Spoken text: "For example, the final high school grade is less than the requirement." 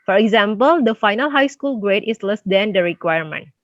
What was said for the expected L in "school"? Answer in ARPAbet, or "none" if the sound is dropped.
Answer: L